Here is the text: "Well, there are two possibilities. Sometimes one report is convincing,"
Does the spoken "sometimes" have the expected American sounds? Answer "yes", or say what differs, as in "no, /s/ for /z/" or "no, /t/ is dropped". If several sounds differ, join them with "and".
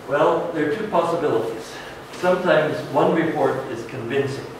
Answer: yes